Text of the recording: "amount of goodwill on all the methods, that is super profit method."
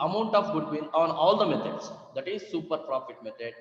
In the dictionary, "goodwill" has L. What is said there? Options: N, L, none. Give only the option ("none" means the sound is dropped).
N